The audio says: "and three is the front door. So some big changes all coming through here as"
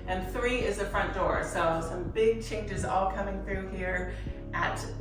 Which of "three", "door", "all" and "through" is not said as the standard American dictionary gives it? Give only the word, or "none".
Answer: none